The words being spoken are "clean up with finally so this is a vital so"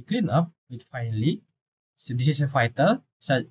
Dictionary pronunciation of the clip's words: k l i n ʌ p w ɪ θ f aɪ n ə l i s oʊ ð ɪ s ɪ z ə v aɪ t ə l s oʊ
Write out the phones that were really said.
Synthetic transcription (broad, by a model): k l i n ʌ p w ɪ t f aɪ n l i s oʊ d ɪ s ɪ s ə f aɪ t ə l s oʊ